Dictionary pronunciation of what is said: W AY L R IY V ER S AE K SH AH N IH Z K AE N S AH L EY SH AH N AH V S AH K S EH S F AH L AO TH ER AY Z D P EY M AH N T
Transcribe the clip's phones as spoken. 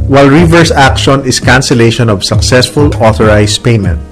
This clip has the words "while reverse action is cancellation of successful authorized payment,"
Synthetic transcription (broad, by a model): W AY L R IY V ER S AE K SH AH N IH S K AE N S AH L EY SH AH N AH V S AH K S EH S F AH L AO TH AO AY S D P EY M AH N T